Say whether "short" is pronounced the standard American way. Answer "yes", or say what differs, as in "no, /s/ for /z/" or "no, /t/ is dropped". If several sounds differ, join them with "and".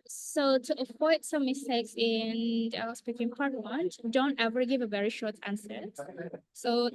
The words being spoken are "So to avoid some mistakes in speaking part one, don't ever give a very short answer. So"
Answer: yes